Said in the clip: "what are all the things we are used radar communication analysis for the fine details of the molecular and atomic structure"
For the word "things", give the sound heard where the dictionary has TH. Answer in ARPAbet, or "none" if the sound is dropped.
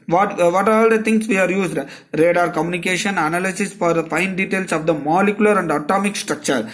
T